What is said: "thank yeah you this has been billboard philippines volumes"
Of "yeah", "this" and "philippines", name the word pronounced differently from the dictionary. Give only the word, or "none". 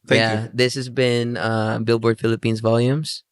none